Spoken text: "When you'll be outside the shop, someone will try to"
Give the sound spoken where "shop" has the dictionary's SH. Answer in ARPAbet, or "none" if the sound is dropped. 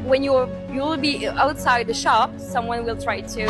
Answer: SH